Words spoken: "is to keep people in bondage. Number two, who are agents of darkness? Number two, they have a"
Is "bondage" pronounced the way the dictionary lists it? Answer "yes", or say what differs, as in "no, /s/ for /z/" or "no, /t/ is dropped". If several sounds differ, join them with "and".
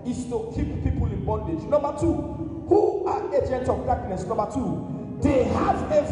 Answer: yes